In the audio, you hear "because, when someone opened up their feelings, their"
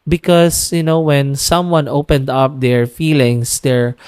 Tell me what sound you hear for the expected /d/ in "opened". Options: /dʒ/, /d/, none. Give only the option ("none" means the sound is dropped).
/d/